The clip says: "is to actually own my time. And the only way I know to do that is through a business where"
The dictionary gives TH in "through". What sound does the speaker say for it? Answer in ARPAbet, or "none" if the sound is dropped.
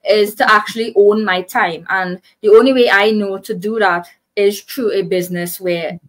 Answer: T